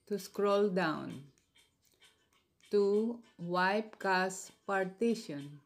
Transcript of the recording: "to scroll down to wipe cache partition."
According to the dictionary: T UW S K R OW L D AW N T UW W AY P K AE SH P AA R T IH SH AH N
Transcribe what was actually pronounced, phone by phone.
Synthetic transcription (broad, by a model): T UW S K R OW L D AW N T UW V AY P K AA S P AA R T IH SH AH N